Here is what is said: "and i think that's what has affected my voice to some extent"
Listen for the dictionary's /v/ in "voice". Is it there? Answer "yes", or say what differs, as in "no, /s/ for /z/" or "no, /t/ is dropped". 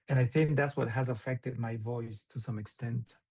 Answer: yes